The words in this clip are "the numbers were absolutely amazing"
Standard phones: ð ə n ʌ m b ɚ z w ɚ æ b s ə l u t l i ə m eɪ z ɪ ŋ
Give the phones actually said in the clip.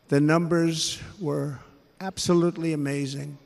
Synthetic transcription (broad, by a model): ð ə n ʌ m b ɚ z w ɚ æ b s ə l u t l i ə m eɪ z ɪ ŋ